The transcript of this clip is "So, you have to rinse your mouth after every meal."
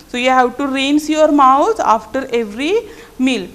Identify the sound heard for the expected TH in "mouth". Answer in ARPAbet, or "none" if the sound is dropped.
T